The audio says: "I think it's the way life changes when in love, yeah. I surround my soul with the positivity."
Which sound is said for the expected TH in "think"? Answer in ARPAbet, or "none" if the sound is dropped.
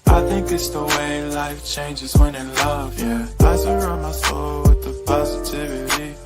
TH